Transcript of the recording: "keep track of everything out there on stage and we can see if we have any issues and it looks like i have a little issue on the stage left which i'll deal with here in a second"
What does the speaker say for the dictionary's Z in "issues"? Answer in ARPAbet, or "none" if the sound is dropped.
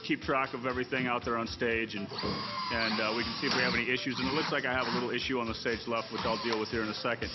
Z